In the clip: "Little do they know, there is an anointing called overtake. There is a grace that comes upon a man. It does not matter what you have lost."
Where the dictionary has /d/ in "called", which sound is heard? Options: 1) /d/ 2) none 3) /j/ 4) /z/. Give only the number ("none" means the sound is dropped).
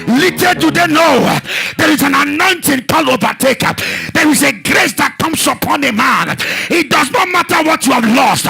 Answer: 2